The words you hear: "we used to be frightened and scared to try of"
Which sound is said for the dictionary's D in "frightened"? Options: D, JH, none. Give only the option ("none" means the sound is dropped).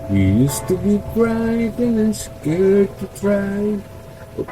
none